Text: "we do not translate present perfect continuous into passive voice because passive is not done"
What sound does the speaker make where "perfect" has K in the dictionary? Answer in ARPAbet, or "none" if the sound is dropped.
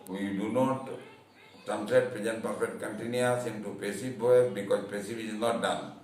none